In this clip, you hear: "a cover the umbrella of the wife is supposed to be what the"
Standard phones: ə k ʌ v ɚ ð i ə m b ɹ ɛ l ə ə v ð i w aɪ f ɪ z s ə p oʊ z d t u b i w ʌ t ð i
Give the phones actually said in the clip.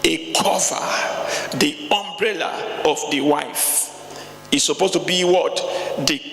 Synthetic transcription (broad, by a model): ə k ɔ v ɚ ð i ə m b ɹ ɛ l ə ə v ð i w aɪ f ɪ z s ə p oʊ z t u b i w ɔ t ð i